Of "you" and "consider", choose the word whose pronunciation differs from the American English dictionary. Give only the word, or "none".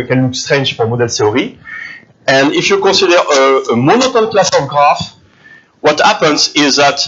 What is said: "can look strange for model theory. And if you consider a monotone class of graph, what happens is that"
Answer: consider